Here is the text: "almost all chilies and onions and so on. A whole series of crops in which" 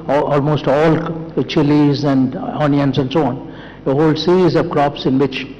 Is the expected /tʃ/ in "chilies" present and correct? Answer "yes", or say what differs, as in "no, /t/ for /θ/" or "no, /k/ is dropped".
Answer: yes